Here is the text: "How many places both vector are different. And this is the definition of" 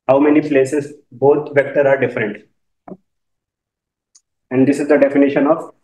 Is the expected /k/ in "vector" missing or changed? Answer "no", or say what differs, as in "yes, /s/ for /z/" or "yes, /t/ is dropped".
no